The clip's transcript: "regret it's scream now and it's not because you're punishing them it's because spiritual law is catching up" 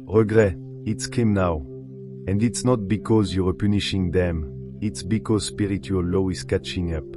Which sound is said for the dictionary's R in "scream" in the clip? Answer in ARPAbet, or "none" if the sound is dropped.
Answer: none